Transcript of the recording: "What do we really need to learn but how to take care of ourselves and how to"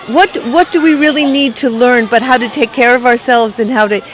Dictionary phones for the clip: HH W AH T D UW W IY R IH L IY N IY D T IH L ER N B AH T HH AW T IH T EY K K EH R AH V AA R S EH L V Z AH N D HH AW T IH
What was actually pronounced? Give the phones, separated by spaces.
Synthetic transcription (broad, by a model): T W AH T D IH W IY R IH L IY N IY D T IH L ER N B AH T HH AW T IH T EY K K EH R AH V AA R S EH L V Z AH N HH AW T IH